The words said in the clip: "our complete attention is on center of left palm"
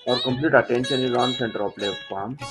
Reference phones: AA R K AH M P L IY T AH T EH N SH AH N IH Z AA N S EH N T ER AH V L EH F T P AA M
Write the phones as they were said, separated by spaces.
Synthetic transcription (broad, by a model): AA R K AH M P L IY T AH T EH N SH AH N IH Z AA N S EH N T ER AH P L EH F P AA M